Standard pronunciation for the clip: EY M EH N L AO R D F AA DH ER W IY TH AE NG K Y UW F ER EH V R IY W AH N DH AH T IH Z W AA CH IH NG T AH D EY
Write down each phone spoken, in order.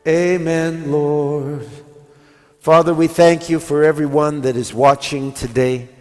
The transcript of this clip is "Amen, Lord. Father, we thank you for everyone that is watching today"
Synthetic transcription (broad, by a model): EY M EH N L AO R D F AA DH ER W IY TH AE NG K Y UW F ER EH V R IY W AH N DH AH T IH Z W AA CH IH NG T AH D EY